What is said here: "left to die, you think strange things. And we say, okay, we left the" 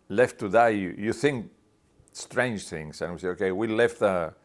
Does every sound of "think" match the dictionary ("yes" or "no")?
yes